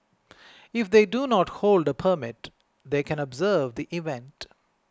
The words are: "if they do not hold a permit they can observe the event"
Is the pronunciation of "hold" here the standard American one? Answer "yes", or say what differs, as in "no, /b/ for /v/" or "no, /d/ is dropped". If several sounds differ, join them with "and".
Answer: yes